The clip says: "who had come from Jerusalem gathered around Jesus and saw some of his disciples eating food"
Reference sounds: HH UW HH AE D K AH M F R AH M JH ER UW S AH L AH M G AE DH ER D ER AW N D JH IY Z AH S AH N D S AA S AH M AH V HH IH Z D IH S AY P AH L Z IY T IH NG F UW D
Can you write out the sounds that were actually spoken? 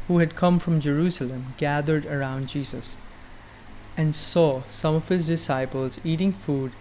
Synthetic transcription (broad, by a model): HH UW HH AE D K AH M F R AH M JH ER UW S AH L AH M G AE DH ER D ER AW N D JH IY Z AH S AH N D S AA S AH M AH V HH IH Z D IH S AY P AH L Z IY T IH NG F UW D